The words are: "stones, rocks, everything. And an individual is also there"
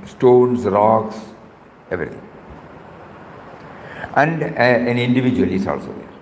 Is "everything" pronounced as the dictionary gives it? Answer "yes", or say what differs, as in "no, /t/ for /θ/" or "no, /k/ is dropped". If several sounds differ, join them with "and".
no, /t/ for /θ/